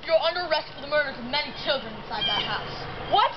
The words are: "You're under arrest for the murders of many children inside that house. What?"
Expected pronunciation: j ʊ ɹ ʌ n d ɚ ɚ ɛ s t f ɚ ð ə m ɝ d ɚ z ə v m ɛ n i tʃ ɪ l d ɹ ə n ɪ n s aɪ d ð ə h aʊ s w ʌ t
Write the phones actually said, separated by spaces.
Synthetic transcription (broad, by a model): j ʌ ɹ ʌ n d ɚ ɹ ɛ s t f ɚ ð ə m ɝ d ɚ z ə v m ɛ n i tʃ ɪ l d ɹ ə n ɪ n s aɪ d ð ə h aʊ s w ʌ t